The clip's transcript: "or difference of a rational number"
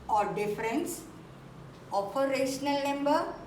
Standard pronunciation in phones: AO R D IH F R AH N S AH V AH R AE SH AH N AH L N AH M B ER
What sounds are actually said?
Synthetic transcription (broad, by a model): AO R D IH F R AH N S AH P AH R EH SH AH N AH L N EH M B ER